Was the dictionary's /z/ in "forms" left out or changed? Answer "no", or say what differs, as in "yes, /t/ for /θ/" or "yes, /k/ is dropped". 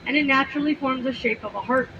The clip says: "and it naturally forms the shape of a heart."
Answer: no